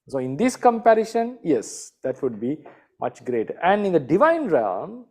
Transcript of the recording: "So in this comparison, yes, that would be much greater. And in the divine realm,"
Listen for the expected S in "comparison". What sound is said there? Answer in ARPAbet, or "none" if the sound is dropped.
SH